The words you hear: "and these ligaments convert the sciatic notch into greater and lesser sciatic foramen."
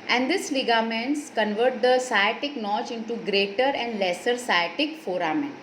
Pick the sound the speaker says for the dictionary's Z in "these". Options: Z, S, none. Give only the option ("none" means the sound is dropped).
S